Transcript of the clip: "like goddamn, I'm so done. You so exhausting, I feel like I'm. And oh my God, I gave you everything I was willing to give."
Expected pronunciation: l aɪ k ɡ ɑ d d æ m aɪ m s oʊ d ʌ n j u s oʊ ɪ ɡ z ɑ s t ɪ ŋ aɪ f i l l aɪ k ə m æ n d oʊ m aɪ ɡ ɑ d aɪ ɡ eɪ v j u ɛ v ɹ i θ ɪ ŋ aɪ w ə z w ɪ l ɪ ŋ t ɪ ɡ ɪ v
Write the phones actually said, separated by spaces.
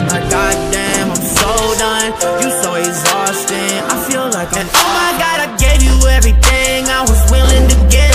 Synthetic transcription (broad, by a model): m aɪ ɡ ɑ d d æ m aɪ m s oʊ d ʌ n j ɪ s oʊ ɪ ɡ z ɑ s t ɪ ŋ aɪ f i l l aɪ k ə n oʊ m aɪ ɡ ɑ d aɪ ɡ eɪ v j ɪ ɛ v ɹ i θ ɪ ŋ aɪ w ə z w ɪ l ɪ ŋ t ɪ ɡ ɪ